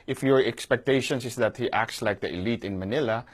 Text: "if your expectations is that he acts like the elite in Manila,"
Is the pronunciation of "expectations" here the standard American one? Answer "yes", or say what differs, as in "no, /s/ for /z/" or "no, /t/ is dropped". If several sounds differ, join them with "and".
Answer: no, /s/ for /z/